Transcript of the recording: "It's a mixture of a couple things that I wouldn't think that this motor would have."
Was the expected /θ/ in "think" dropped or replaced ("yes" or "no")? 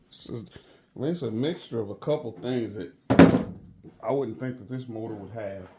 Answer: no